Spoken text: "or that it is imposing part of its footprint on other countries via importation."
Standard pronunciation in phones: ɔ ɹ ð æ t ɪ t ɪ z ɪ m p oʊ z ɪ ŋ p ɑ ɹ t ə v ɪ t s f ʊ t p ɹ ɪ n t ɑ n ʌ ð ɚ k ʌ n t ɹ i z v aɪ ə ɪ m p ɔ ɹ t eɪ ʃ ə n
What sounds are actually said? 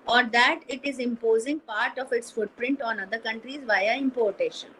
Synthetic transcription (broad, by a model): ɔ ɹ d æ t ɪ t ɪ z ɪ m p oʊ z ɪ ŋ p ɑ ɹ t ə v ɪ t s f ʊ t p ɹ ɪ n t ɑ n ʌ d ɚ k ʌ n t ɹ i z v aɪ ə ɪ m p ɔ ɹ t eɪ ʃ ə n